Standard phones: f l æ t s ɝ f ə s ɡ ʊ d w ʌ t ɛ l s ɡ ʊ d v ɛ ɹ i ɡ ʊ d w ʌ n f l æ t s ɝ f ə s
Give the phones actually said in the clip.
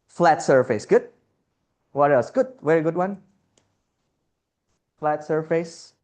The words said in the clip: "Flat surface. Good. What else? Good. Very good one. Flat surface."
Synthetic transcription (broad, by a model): f l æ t s ɝ f ə s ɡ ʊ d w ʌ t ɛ s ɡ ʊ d v ɛ ɹ i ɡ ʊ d w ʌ n f l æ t s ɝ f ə s